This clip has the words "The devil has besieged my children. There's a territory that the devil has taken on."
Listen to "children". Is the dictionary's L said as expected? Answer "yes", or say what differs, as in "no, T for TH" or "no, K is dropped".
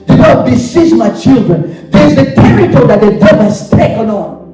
yes